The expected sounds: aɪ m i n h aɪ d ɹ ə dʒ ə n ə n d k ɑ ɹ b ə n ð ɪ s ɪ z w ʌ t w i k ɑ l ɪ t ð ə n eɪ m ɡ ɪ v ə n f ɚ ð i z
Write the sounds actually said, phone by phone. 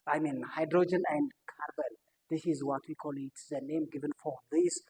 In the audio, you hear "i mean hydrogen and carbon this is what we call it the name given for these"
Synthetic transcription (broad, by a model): aɪ m i n h aɪ d ɹ ə dʒ ə n ə n d k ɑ ɹ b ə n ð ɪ s ɪ z w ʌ t w i k ɑ l ɪ t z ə n eɪ m ɡ ɪ v ə n f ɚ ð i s